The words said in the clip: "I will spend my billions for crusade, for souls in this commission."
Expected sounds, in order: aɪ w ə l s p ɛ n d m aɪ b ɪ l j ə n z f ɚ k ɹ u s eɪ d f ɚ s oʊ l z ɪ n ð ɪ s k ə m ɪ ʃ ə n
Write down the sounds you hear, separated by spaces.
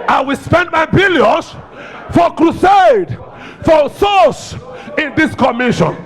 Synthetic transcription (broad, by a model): aɪ w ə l s p ɛ n d m aɪ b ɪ l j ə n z f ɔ k ɹ u s eɪ d f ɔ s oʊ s ɪ n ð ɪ s k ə m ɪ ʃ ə n